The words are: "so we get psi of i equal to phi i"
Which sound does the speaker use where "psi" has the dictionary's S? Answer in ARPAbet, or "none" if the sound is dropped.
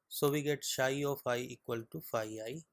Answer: SH